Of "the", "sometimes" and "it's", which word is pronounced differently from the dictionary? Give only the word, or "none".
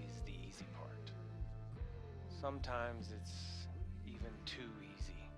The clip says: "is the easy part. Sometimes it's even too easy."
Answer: none